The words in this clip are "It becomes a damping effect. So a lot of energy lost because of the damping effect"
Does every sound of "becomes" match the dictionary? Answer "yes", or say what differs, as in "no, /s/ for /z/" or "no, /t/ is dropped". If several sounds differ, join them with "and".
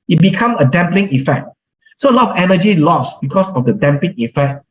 no, /z/ is dropped